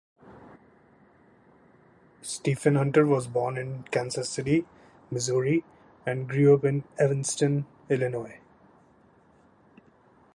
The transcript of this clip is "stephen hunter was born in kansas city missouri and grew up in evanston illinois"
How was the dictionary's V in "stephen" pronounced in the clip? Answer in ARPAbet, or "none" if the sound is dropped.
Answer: F